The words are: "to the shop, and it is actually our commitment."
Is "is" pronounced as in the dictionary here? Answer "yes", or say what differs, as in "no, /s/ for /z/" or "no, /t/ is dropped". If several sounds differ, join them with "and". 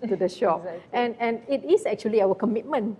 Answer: no, /s/ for /z/